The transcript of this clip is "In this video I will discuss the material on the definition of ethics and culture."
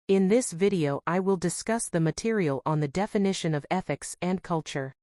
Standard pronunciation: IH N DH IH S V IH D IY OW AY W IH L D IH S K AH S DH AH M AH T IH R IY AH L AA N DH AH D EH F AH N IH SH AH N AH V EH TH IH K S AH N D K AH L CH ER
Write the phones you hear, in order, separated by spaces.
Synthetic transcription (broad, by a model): IH N DH IH S V IH D IY OW AY W IH L D IH S K AH S DH AH M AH T IH R IY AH L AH N DH AH D EH F AH N IH SH AH N AH V EH TH IH K S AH N K AH L CH ER